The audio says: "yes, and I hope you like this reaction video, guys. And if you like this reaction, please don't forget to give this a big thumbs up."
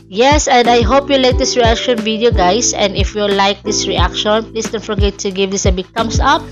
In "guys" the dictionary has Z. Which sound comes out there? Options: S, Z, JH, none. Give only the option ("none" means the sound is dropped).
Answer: S